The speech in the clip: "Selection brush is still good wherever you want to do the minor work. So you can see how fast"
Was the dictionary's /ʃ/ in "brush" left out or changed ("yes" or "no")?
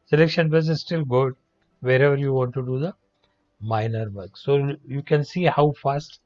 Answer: yes